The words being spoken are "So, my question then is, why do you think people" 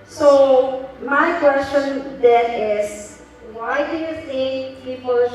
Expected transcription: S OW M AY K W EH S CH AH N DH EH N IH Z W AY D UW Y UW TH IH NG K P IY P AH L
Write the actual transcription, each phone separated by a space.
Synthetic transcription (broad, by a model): S OW M AY K W EH S CH AH N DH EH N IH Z W AY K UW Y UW S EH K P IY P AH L